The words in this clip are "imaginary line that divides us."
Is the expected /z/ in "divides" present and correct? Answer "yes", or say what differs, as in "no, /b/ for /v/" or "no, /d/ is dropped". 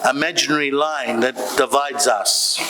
yes